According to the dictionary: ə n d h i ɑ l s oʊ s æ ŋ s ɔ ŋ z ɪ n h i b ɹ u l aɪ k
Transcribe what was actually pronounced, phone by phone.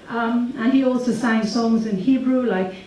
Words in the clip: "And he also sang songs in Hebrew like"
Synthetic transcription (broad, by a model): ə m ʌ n i ɑ l s oʊ s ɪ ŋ s ɔ ŋ z ɪ n h i b ɹ u l aɪ k